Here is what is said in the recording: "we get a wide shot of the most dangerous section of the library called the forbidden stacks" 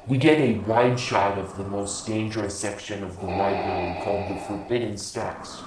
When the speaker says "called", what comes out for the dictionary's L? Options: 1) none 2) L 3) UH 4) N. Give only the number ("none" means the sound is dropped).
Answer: 2